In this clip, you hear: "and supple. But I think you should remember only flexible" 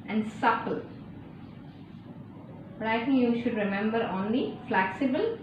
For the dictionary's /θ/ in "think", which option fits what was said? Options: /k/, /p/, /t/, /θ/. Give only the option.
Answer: /t/